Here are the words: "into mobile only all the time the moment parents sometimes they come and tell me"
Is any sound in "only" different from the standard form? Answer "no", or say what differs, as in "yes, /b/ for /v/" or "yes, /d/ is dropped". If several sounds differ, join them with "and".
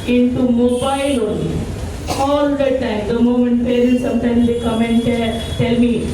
yes, /l/ is dropped